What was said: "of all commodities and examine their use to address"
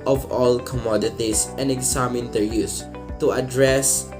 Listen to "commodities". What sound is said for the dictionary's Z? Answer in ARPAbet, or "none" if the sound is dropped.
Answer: S